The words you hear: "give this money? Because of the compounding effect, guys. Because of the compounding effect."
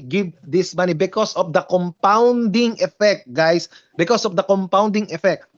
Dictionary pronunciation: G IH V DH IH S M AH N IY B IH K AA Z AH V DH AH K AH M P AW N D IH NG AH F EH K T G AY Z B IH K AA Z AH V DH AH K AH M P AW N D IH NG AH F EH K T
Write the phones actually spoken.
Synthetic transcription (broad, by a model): G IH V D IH S M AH N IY B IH K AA S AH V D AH K AH M P AW N D IH NG AH F EH K T G AY S B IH K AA S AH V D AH K AH M P AW N D IH NG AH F EH K T